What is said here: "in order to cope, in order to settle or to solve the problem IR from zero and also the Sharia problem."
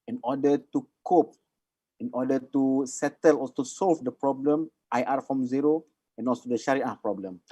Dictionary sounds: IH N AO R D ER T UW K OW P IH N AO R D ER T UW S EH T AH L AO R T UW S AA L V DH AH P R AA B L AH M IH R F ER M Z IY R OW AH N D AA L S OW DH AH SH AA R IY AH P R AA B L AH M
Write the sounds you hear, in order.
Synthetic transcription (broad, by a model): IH N AO D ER T UW K OW P IH N AO D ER T UW S EH T AH L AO L T UW S AA L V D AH P R AA B L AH M IH R F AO M Z IY R OW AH N AA L S OW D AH SH AA R IY AH P R AA B L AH M